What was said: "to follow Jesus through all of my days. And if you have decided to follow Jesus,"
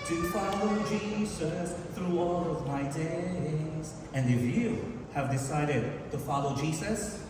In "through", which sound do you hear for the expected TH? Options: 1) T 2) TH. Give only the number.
2